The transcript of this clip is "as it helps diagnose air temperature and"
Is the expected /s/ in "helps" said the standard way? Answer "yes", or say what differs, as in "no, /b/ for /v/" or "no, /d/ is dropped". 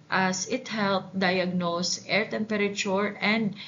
no, /s/ is dropped